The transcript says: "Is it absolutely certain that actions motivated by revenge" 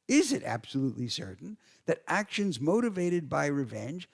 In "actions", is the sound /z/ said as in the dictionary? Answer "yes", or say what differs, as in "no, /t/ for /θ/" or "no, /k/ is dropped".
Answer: yes